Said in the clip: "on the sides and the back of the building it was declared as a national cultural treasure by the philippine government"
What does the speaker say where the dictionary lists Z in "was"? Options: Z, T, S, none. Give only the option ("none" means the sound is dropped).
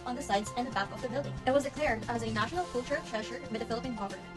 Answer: Z